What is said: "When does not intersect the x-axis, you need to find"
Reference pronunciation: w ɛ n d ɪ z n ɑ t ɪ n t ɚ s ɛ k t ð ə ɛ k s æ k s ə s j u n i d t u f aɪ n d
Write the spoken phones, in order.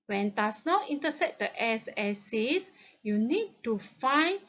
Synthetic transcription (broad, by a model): w ɛ n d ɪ s n ɑ t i n t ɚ s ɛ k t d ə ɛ s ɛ s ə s j u n i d t u f aɪ n